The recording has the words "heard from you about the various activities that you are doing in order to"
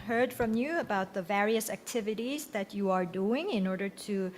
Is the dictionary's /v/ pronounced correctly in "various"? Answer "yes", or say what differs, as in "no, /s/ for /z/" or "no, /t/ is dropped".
yes